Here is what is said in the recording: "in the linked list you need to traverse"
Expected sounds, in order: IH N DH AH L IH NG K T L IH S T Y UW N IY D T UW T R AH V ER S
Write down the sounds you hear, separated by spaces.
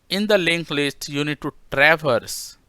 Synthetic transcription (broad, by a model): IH N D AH L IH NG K L IH S T Y UW N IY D T UW T R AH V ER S